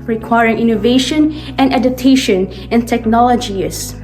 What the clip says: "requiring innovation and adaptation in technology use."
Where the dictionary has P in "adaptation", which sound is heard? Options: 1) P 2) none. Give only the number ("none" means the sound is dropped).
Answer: 2